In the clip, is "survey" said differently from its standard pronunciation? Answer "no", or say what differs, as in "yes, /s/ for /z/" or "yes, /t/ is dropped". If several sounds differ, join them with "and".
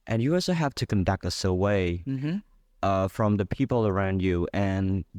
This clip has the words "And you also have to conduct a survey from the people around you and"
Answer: yes, /w/ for /v/